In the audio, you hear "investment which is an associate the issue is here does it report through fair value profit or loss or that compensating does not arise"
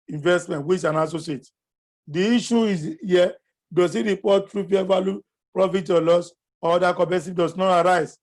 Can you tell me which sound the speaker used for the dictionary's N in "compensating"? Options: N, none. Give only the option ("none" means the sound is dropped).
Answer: none